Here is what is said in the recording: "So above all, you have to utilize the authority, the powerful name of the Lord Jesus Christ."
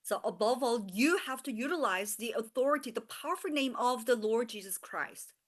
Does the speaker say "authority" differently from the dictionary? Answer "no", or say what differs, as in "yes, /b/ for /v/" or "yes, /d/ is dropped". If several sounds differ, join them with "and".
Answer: no